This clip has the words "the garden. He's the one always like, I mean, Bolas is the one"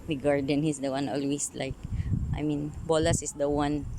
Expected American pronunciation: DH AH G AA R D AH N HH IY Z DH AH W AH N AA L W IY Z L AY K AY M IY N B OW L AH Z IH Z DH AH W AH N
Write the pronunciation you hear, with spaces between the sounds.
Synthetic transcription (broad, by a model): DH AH G AA R D AH N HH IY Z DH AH W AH N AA L W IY S L AY K AY M IY N B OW L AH S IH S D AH W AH N